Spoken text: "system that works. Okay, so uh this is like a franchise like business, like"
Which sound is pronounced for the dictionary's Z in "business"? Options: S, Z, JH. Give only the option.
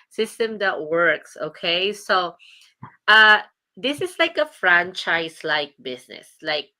S